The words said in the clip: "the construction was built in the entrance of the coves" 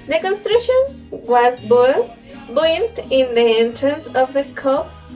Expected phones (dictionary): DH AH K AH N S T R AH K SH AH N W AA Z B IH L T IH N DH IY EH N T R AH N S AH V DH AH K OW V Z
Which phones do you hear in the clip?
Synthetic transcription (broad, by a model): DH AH K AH N S T R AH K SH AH N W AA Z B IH N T IH N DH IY EH N T R AH N S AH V DH AH K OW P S